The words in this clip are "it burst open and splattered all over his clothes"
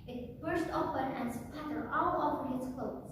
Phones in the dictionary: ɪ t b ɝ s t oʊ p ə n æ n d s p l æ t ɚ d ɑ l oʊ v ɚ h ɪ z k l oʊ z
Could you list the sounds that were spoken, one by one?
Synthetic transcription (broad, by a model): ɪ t b ɝ s t oʊ p ə n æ n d s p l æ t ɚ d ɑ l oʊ p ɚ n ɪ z k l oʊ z